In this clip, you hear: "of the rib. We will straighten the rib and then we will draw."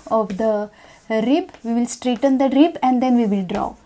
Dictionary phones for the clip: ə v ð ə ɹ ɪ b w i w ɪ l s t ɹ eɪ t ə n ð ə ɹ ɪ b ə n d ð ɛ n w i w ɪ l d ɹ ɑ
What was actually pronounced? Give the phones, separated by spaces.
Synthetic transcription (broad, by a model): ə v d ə ɹ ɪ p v i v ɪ l s t ɹ eɪ t ə n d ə ɹ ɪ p ə n d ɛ n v i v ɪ l d ɹ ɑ